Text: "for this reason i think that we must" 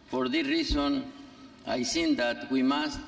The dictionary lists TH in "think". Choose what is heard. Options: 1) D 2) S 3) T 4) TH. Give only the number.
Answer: 2